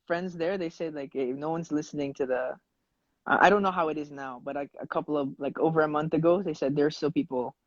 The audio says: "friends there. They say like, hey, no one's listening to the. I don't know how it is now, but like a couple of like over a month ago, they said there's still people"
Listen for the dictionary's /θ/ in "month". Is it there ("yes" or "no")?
yes